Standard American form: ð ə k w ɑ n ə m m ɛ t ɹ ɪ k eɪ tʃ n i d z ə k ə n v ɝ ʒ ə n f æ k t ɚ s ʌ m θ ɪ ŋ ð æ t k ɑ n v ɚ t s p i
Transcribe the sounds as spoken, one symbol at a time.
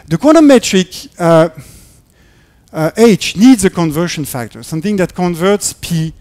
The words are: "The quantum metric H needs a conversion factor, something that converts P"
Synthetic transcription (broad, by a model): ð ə k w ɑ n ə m m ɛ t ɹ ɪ k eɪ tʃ n i d z ə k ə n v ɝ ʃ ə n f æ k t ɚ s ʌ m θ ɪ ŋ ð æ t k ɑ n v ɚ t s p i